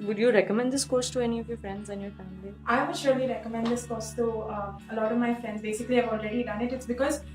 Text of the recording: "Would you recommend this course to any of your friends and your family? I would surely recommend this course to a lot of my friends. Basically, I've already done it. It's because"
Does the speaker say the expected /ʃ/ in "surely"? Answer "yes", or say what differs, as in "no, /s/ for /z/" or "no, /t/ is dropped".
yes